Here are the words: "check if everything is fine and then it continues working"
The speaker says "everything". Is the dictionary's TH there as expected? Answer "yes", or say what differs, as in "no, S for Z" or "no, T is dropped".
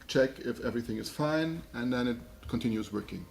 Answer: yes